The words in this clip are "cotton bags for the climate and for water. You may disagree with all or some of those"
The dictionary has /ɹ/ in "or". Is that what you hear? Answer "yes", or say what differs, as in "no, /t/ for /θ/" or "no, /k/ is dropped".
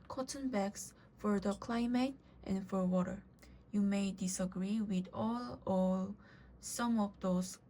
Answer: no, /l/ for /ɹ/